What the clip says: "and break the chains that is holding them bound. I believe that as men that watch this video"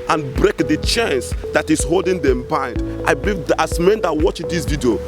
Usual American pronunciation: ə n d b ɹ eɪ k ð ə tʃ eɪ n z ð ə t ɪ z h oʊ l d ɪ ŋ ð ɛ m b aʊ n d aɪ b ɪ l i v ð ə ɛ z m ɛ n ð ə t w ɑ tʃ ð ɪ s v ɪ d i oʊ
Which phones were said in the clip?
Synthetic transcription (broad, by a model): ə n b ɹ eɪ k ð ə tʃ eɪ n s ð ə t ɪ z h oʊ l d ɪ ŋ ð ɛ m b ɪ n d aɪ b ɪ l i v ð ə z m ɛ n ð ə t w ɑ tʃ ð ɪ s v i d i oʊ